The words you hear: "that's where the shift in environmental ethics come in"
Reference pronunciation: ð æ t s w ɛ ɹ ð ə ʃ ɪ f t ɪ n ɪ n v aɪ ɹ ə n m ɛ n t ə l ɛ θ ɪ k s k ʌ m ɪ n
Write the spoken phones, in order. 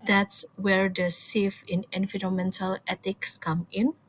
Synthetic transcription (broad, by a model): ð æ t s w ɛ ɹ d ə s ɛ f ɪ n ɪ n f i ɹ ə m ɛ n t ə l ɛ t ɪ k s k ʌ m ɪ n